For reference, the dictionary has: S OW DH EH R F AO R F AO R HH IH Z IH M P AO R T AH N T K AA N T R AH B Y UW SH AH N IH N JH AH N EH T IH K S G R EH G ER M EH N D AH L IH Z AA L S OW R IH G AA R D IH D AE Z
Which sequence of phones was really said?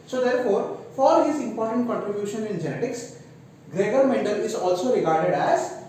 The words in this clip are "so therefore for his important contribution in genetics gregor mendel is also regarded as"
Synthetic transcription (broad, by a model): S OW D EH R F AO R F AO R HH IH Z IH M P AO R T AH N T K AA N T R AH B Y UW SH AH N IH N JH AH N EH T IH K S G R EH G ER M EH N D AH L IH Z AA L S OW R IH G AA R D IH D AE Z